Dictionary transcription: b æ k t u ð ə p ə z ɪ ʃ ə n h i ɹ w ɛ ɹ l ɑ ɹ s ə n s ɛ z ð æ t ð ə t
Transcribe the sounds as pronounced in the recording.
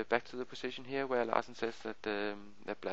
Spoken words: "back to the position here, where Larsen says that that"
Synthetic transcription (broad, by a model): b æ k t u ð ə p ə s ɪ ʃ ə n h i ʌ w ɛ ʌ l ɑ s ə n s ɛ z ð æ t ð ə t